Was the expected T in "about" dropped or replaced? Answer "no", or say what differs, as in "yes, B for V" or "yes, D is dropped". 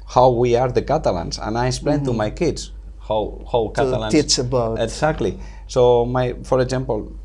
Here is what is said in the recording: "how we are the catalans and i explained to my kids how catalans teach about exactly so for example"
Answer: yes, T is dropped